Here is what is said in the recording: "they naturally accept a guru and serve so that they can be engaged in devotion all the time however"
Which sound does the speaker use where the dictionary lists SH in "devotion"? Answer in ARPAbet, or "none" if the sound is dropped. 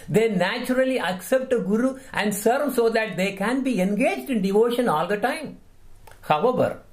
SH